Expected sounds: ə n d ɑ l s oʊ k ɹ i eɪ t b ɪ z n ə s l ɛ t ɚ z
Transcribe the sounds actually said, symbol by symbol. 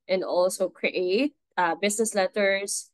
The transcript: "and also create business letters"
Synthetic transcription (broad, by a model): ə n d ɑ l s oʊ k ɹ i eɪ t b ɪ s n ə s l ɛ t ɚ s